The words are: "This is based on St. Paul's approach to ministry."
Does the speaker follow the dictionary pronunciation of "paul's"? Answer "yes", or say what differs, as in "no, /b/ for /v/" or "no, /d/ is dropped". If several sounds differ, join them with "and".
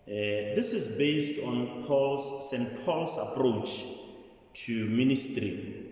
no, /s/ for /z/